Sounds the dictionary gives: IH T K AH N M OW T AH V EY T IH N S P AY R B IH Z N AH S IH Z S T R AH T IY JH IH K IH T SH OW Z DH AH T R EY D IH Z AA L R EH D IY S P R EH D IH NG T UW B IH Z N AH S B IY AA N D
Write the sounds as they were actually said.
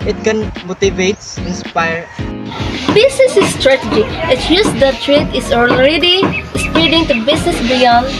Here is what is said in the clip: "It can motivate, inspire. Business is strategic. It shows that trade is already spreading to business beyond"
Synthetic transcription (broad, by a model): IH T K AH N M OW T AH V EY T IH N S P AY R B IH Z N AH S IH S T R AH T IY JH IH IH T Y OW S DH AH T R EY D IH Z AA L R EH D IY S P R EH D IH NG T UW B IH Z N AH S B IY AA N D